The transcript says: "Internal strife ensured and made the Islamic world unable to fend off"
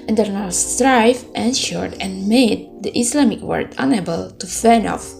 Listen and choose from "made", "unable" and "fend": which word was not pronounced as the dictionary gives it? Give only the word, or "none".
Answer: fend